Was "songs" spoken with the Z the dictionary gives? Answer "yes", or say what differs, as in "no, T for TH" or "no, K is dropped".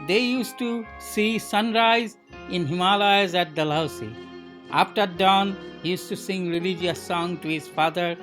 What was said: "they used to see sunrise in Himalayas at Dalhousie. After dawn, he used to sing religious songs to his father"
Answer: no, Z is dropped